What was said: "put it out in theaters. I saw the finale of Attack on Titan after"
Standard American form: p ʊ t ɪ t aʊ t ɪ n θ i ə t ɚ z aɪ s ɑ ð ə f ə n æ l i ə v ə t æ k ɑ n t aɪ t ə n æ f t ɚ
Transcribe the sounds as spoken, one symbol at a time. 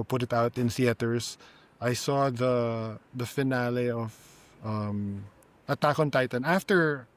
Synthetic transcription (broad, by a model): p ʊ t ɪ t aʊ t ɪ n s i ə t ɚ s aɪ s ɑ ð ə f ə n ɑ l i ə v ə t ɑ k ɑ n t aɪ t ə n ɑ f t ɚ